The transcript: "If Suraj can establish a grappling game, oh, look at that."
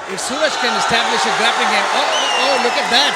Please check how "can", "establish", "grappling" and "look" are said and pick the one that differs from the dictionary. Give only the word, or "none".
grappling